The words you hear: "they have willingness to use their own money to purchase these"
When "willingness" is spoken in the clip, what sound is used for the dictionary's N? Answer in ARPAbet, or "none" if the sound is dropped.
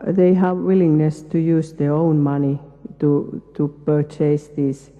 N